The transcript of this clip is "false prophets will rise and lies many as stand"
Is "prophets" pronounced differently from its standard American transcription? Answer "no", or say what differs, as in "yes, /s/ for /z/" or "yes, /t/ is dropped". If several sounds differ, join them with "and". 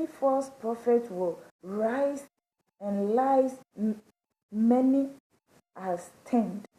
yes, /s/ is dropped